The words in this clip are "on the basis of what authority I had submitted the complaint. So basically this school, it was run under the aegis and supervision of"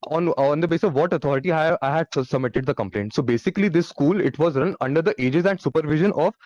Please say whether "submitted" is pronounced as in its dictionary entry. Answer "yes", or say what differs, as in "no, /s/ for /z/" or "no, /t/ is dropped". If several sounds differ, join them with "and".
yes